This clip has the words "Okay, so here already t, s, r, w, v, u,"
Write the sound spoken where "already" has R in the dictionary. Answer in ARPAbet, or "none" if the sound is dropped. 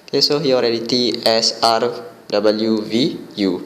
R